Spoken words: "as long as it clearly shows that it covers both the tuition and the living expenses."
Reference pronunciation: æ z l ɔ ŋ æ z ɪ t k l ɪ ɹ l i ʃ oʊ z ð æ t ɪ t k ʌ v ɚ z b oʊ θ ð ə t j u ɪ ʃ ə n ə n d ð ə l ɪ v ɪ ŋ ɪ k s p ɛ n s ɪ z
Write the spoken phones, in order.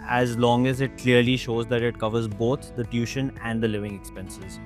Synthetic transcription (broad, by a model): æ z l ɔ ŋ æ z ɪ t k l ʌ ɹ l i ʃ oʊ z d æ t ɪ t k ʌ v ɚ z b oʊ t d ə t j u ʃ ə n ə n d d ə l ɪ v ɪ ŋ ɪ k s p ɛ n s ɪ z